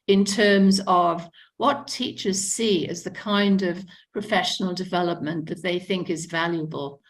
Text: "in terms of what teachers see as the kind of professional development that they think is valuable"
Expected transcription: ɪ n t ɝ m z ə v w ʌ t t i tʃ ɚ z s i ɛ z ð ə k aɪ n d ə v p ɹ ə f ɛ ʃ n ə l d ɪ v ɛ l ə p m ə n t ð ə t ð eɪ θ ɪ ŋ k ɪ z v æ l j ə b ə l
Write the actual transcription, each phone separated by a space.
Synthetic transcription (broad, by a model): ɪ n t ɝ m z ə v w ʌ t t i tʃ ɚ z s i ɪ z ð ə k aɪ n d ə v p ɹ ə f ɛ ʃ n l d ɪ v ɛ l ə p m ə n ð ə t ð eɪ θ ɪ ŋ k ɪ z v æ l j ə b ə l